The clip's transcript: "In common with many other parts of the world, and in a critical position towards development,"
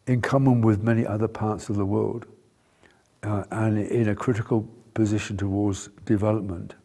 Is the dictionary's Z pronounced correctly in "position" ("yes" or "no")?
yes